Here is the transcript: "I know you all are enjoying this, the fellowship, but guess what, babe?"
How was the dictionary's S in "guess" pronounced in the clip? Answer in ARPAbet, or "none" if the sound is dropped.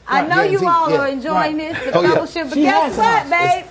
none